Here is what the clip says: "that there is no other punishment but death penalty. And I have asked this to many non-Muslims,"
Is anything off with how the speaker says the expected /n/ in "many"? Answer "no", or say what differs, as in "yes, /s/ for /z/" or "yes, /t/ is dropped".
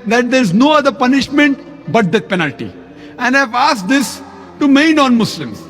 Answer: yes, /n/ is dropped